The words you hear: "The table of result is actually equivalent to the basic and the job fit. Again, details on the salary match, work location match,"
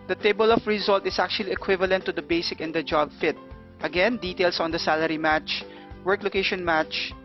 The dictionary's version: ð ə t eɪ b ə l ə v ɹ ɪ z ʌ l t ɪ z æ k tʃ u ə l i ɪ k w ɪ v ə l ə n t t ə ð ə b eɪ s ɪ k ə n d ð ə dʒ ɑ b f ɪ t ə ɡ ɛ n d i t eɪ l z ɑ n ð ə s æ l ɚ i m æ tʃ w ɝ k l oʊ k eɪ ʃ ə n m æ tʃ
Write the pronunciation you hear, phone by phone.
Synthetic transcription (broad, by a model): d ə t eɪ b ə l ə f ɹ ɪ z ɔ l t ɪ s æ k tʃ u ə l i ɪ k w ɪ v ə l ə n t t ə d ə b eɪ s ɪ k ə n d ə dʒ ɑ b f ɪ t ə ɡ ɛ n d i t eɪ l s ɑ n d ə s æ l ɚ i m æ tʃ w ɝ k l oʊ k eɪ ʃ ə n m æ tʃ